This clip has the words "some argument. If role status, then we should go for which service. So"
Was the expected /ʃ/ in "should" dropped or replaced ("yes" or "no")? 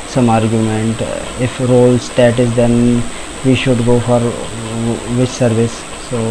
no